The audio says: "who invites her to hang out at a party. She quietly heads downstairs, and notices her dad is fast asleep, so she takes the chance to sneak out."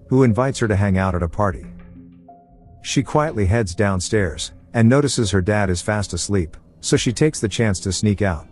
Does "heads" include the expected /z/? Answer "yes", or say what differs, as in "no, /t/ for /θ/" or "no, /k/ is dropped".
yes